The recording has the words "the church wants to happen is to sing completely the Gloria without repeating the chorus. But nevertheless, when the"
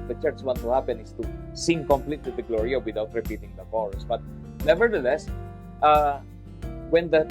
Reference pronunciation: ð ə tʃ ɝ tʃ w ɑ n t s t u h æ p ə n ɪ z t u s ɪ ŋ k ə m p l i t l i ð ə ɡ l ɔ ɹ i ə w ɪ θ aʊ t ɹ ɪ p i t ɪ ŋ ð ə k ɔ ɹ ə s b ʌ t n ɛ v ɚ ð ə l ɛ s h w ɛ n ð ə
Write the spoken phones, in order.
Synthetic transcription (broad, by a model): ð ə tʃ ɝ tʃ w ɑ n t t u h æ p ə n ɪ s t u s ɪ ŋ k ə m p l i t l i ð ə ɡ l ɔ ɹ i ə w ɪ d aʊ t ɹ ɪ p i t ɪ ŋ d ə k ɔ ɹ s b ʌ t n ɛ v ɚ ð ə l ɛ s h w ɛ n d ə